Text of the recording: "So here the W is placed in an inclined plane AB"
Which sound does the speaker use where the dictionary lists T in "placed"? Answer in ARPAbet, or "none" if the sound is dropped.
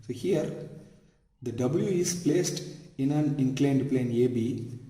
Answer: T